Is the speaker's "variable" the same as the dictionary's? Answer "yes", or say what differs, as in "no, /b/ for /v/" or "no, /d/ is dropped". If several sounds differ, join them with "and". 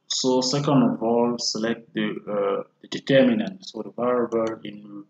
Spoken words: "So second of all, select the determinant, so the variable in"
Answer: no, /b/ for /v/